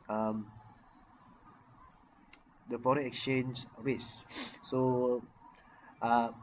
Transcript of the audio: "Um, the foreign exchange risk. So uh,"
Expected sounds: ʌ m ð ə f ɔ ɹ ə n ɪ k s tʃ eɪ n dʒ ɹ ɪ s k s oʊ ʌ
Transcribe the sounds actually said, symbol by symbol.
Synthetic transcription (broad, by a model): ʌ m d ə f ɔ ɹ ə ɪ k s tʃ eɪ n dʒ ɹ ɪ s s oʊ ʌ